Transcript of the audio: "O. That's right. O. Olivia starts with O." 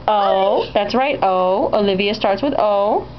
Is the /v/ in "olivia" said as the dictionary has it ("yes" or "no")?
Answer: yes